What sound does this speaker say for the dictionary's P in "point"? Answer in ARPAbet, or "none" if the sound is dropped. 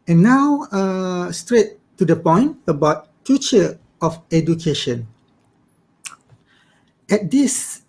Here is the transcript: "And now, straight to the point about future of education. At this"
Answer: P